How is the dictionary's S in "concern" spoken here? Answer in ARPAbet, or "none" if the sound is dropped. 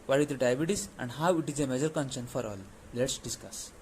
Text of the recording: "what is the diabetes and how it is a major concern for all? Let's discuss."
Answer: SH